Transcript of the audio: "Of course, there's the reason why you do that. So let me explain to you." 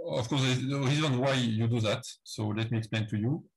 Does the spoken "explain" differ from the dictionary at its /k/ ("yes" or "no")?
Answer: no